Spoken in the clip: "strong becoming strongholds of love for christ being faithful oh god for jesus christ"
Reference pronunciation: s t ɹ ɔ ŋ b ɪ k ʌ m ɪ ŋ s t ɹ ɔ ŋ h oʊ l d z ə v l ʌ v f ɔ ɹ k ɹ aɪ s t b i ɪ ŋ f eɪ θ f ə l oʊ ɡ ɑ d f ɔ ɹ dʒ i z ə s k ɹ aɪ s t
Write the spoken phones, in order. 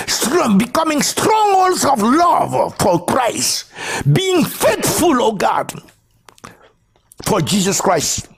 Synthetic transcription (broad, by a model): s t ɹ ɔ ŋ b ɪ k ʌ m ɪ ŋ s t ɹ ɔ ŋ h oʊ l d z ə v l ʌ v f ɔ ɹ k ɹ aɪ s t b i ɪ ŋ f eɪ t f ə l oʊ ɡ ɑ d f ɔ ɹ dʒ i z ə s k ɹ aɪ s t